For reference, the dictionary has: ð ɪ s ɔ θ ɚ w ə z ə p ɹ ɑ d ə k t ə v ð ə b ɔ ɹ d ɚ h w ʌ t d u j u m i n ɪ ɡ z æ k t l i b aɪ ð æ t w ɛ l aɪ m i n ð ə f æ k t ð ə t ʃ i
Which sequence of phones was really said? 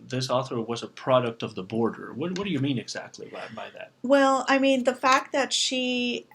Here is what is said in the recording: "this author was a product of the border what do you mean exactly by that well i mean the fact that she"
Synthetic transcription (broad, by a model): ð ɪ s ɔ θ ɚ w ə z ə p ɹ ɑ d ə k t ə v ð ə b ɔ ɹ d ɚ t w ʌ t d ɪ j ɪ m i n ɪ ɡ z æ k t l i b aɪ ð æ t w ɛ l aɪ m i n ð ə f æ k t ð ə t ʃ i